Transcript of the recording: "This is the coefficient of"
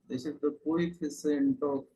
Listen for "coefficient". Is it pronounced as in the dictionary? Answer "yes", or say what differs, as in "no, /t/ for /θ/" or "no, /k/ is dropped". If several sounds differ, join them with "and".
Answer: no, /s/ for /ʃ/